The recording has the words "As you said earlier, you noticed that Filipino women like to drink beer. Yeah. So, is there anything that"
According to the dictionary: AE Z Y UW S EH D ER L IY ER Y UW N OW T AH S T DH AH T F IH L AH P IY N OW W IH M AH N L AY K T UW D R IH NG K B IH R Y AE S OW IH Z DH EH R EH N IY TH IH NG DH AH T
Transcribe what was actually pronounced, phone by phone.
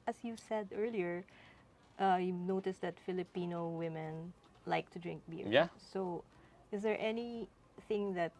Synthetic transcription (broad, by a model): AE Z Y UW S EH D ER L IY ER Y UW N OW T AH S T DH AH T F IH L AH P IY N OW W IH M AH N L AY K T UW D R IH NG K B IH R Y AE S OW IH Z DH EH R EH N IY TH IH NG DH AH T